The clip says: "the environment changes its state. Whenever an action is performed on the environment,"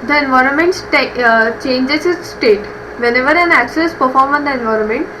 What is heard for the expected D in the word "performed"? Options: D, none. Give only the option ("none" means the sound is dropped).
none